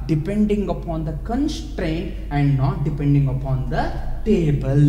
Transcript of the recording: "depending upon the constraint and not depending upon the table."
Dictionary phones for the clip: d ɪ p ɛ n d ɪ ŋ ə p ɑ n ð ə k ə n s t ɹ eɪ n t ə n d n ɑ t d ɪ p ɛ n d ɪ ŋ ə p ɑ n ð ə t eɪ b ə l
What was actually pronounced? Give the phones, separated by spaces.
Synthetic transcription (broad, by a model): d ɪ p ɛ n d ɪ ŋ ə p ɑ n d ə k ə n s t ɹ eɪ n t ə n d n ɑ t d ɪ p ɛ n d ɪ ŋ ə p ɑ n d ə t eɪ b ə l